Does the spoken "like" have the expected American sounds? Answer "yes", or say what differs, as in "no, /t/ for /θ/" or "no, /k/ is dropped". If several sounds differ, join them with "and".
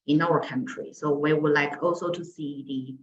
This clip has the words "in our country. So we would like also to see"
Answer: yes